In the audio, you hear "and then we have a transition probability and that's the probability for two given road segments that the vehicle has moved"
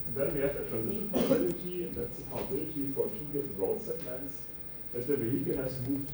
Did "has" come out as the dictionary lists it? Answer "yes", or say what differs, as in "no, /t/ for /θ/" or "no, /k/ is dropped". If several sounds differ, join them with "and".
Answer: no, /s/ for /z/